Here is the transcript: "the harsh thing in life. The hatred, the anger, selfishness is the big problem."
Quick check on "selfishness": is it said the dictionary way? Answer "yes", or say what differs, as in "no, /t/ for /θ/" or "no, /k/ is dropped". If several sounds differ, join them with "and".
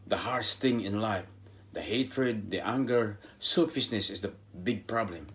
no, /s/ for /ʃ/